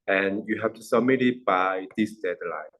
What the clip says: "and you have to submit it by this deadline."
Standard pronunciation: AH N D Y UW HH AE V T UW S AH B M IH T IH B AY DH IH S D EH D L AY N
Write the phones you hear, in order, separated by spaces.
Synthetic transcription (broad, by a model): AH N Y UW HH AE F T UW S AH M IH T IH B AY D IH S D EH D L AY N